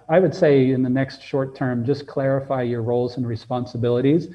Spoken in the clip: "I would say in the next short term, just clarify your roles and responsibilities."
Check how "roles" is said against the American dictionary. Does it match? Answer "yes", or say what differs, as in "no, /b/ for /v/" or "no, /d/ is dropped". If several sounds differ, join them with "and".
yes